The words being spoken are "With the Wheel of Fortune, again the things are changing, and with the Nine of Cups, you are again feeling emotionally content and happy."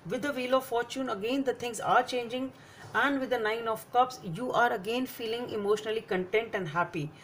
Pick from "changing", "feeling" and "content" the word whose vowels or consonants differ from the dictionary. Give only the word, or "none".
none